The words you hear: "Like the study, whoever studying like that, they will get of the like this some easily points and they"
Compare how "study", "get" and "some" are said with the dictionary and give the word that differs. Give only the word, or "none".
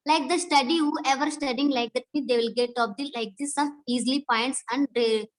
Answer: some